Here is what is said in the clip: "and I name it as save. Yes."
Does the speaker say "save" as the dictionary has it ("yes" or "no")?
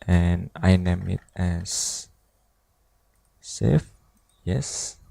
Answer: no